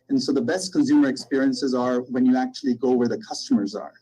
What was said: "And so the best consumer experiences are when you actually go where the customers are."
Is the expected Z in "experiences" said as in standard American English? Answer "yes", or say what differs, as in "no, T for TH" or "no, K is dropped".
yes